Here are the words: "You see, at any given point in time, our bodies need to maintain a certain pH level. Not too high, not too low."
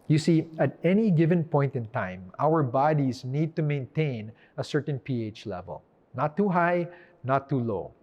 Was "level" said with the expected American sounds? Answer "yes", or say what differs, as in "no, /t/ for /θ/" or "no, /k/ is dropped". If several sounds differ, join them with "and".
yes